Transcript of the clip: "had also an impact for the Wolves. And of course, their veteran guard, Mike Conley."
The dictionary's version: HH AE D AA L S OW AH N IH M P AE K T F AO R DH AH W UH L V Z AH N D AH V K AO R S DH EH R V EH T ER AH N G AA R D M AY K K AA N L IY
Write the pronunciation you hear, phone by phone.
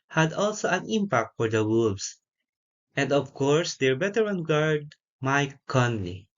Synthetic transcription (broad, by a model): HH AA D AA L S OW AH N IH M P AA K T F AO R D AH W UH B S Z AH N D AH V K AO R S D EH R B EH T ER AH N G AA R D M AY K K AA N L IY